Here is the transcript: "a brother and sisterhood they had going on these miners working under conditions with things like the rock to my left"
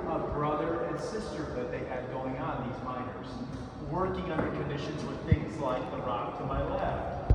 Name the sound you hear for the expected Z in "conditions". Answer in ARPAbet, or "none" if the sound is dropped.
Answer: Z